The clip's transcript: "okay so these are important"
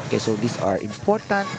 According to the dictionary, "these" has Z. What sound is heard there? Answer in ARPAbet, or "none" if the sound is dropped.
S